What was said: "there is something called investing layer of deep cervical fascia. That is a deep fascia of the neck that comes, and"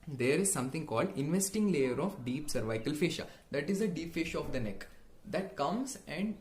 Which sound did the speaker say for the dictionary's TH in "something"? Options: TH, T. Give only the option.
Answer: T